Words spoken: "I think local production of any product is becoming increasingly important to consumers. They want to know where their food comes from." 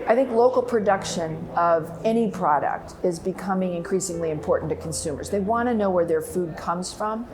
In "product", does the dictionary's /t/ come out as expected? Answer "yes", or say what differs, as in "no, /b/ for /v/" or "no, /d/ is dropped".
yes